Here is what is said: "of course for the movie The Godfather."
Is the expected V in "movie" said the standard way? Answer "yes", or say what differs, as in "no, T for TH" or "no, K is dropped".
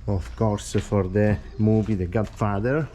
no, B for V